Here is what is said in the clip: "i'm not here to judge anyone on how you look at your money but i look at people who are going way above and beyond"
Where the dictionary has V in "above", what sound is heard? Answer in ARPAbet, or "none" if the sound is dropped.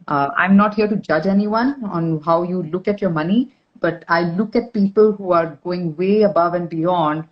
V